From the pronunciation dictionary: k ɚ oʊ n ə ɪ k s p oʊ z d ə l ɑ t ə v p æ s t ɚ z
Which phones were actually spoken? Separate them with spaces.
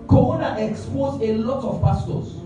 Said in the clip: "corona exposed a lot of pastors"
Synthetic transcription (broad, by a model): k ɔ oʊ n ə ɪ k s p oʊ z ə l ɑ t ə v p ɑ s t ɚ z